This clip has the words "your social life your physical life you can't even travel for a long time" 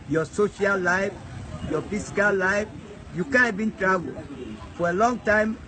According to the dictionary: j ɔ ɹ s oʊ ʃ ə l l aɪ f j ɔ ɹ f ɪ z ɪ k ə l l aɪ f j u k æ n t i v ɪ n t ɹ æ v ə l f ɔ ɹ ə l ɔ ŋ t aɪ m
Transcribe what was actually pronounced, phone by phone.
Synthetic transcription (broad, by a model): j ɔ s oʊ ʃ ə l l aɪ f j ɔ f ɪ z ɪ k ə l l aɪ f j u k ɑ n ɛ b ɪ n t ɹ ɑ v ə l f ɔ ɹ ə l ɔ ŋ t aɪ m